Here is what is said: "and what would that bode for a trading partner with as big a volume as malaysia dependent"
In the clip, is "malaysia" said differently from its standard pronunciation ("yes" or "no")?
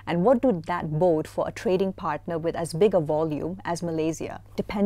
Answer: yes